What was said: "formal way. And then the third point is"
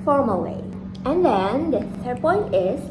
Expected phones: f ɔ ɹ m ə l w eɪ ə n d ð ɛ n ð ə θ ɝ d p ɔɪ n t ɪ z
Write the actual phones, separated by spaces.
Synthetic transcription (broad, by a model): f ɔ ɹ m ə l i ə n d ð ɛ n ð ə s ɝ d p ɔɪ n t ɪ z